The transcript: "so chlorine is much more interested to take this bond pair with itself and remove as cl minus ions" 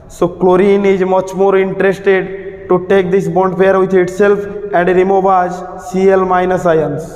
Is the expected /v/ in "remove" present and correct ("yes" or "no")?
no